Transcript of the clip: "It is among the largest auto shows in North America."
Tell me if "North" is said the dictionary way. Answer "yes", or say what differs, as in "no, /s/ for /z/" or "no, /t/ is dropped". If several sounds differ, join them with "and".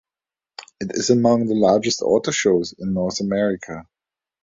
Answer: yes